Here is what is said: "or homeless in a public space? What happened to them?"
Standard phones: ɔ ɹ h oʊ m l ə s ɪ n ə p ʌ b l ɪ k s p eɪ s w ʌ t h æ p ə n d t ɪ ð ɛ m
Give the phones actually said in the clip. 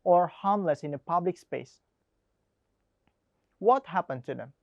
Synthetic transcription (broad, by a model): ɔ ɹ h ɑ m l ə s ɪ n ə p ʌ b l ɪ k s p eɪ s w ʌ t h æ p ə n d t ɪ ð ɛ m